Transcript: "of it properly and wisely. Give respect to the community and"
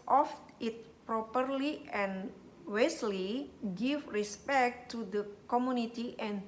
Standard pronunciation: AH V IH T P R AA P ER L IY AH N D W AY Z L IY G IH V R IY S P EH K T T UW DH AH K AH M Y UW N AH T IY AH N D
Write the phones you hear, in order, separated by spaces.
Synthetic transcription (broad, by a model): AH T IH T P R AA P ER L IY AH N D W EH S L IY G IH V R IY S P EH K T T UW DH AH K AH M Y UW N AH T IY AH N